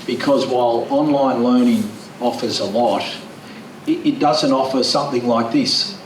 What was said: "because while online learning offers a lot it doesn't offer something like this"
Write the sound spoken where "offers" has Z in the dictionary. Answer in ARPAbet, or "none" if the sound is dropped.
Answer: Z